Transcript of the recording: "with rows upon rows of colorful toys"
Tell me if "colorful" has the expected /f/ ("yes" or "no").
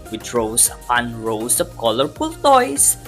no